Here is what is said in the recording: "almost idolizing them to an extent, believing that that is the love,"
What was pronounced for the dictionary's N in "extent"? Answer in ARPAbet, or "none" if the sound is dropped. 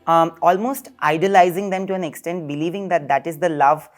N